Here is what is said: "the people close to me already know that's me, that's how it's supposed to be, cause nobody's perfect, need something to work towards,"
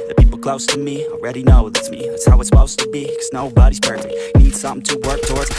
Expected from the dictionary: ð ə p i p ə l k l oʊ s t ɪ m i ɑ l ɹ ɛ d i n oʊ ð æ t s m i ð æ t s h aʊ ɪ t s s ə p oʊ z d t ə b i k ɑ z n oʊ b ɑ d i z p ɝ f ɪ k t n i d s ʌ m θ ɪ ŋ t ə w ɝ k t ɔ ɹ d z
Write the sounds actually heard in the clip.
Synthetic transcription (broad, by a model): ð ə p i p l k l oʊ s t ɪ m i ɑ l ɹ ɛ d i n oʊ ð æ t s m i ð æ t s h aʊ ɪ t s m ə ʊ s t ə b i k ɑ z n oʊ b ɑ d i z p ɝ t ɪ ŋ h n i d s ʌ m θ ɪ ŋ t ə w ɝ k t ɔ ɹ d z